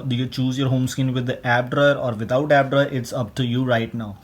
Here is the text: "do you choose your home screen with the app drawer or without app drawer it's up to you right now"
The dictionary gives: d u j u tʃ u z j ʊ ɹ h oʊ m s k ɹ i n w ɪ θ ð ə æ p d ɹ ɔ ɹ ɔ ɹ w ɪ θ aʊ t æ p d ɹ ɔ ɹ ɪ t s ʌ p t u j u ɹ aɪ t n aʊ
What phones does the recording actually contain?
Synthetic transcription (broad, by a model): d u j u tʃ u z j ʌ ɹ h oʊ m s k ɪ n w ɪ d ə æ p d ɹ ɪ ɹ ɔ ɹ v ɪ t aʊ t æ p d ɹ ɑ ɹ ɪ t s ʌ p t u j u ɹ aɪ t n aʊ